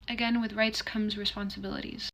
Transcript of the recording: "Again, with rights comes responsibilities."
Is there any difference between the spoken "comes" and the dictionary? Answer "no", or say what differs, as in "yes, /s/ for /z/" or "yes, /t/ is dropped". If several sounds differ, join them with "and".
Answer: no